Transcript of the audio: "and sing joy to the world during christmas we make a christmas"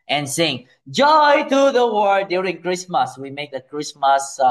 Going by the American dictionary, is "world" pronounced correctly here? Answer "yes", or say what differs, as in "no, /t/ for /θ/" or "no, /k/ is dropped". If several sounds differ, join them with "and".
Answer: no, /l/ is dropped